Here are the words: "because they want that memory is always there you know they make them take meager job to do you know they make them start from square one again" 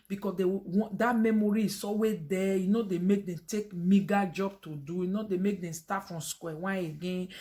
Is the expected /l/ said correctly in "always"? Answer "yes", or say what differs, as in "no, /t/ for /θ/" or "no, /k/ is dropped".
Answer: no, /l/ is dropped